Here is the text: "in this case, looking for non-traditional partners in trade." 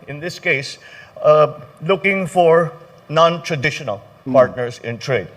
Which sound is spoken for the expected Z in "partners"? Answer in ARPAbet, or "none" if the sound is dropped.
S